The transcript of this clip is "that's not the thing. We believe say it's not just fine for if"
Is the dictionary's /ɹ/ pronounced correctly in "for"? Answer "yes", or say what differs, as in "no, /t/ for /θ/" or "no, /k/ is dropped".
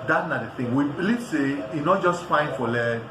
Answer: no, /l/ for /ɹ/